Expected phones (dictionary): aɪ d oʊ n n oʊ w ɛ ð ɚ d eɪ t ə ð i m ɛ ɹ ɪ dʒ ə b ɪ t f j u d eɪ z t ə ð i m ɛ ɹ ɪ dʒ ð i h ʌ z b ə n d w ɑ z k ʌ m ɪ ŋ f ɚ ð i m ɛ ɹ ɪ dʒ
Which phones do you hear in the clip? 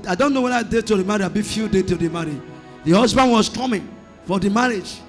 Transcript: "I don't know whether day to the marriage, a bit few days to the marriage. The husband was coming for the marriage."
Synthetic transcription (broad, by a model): aɪ d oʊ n n oʊ w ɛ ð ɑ d eɪ t ə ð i m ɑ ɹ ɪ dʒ ə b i f j u d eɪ t ə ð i m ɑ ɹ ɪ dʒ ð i h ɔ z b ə n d w ɑ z k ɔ m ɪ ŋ f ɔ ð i m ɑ ɹ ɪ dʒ